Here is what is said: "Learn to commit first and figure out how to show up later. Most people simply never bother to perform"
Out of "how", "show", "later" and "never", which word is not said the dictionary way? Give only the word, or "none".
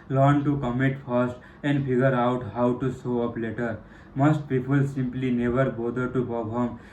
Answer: show